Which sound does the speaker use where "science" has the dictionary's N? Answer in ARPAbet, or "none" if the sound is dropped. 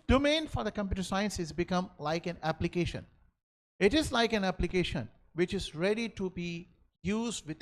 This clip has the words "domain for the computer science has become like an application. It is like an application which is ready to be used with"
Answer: N